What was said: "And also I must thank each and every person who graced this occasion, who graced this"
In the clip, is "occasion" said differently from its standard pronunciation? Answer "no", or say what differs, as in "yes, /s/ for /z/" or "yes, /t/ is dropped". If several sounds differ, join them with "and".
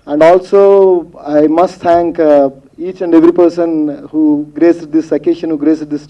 yes, /ʃ/ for /ʒ/